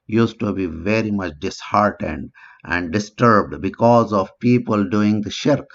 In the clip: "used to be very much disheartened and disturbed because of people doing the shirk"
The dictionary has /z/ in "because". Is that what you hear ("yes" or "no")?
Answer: yes